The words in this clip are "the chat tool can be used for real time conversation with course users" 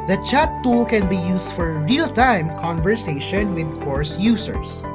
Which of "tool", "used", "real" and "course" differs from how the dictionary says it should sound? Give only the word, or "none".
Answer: used